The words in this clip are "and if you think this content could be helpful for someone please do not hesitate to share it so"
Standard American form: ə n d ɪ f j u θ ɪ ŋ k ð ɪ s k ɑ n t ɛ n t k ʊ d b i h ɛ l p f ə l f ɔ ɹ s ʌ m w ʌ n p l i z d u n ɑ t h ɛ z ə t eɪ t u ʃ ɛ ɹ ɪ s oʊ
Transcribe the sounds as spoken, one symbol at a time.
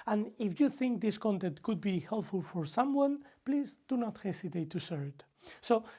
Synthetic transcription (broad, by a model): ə n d ɪ f j u θ ɪ ŋ k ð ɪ s k ɑ n t ɛ n t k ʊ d b i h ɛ l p f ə l f ɔ ɹ s ʌ m w ʌ n p l i z d u n ɑ t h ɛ s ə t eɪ t u s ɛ ɹ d s oʊ